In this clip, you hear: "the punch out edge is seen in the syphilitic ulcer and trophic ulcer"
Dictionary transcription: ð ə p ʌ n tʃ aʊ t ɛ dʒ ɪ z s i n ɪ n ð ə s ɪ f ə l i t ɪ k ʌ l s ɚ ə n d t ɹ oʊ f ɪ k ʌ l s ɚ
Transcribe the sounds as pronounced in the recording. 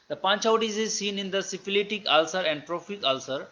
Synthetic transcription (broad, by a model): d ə p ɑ n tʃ aʊ t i z ɪ z s i n ɪ n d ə s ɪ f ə l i t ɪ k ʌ l s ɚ ə n d t ɹ oʊ f ɪ k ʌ l s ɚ